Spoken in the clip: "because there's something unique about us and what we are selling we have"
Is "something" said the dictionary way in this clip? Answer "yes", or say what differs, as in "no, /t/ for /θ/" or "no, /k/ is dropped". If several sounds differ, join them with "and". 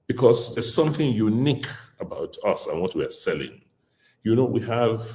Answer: yes